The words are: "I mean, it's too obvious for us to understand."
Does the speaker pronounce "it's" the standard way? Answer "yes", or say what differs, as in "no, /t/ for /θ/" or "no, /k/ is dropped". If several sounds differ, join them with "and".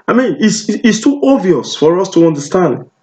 no, /s/ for /t/